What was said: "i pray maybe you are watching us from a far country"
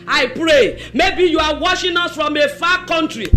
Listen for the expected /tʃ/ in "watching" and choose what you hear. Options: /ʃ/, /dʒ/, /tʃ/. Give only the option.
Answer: /ʃ/